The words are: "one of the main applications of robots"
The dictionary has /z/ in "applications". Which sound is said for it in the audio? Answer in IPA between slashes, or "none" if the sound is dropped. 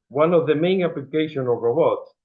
none